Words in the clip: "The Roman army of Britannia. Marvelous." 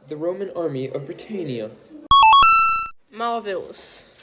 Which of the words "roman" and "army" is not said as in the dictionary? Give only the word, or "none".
none